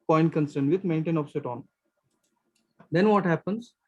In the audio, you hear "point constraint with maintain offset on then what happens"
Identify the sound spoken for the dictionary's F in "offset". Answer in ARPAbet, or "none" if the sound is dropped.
P